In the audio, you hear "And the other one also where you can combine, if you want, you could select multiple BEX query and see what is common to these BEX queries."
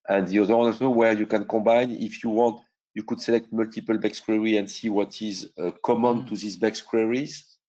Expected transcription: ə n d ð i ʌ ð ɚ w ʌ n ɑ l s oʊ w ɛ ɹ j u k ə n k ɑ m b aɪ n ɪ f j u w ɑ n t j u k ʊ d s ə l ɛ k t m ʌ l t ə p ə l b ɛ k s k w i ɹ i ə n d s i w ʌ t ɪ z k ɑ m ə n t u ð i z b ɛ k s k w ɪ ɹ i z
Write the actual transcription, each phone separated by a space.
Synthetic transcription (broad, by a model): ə n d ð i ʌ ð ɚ w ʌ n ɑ s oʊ w ɛ ɹ j u k ə n k ɑ b aɪ n ɪ f j u w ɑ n t j u k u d s ə l ɛ k t m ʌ l t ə p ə l b ɛ k s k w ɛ ɹ i ə n d s i w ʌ t ɪ z k ɑ m ə n t u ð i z b ɛ k s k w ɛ ɹ i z